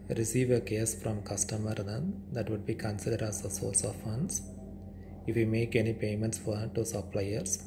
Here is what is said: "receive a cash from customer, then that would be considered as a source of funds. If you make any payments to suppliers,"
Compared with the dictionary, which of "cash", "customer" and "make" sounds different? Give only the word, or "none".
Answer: cash